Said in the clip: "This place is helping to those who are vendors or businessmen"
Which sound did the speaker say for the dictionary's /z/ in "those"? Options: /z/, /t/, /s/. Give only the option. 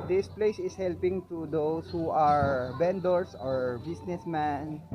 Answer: /s/